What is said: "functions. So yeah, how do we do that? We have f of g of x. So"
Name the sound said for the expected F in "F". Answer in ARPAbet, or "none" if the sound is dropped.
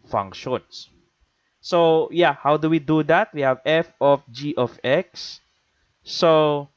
F